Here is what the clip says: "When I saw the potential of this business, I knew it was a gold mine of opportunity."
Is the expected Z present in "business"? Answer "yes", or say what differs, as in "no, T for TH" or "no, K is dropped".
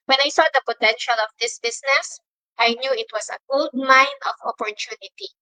no, S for Z